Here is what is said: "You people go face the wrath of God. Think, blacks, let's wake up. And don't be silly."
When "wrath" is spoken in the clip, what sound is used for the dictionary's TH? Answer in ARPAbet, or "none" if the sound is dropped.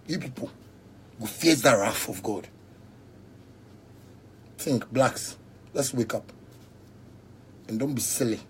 F